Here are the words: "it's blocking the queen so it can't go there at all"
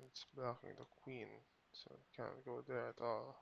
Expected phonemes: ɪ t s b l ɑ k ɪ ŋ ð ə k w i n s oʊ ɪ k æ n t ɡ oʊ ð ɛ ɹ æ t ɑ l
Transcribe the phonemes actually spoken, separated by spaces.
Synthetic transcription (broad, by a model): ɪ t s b ɑ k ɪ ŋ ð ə k w i n s oʊ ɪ k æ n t ɡ oʊ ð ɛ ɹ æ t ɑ l